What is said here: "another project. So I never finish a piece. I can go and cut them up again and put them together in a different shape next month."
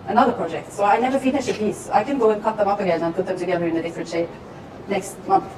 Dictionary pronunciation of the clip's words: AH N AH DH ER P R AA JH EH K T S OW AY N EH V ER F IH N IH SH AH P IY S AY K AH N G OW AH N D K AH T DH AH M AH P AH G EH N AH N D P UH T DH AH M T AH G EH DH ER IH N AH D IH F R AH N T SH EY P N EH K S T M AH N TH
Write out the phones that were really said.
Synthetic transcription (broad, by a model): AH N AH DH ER P R AA JH EH K T S OW AY N EH V ER F IH N IH SH AH P IY S AY K AH N G OW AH N K AH T DH AH M AH P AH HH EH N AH N P UH T DH AH M T AH G EH DH ER IH N AH D IH F R AH N T SH EY P N EH K S T M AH N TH